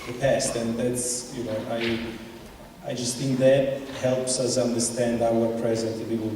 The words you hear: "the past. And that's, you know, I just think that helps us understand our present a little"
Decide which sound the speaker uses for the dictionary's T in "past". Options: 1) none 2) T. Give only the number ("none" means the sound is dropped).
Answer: 2